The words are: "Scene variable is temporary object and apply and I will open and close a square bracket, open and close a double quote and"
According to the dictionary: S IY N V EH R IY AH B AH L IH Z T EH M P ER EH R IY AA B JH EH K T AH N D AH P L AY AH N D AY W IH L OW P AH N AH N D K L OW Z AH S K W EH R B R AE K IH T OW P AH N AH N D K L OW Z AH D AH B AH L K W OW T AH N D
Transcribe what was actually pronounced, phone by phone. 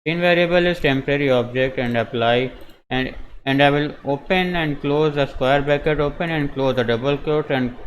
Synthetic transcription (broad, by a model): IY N V EH R IY AH B AH L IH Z T EH M P ER EH R IY AA B JH EH K T AH N D AH P L AY AH N D AY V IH L OW P AH N AH N D K L OW Z AH S K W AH R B AE K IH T OW P AH N AH N D K L OW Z AH D AH B AH L K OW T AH N D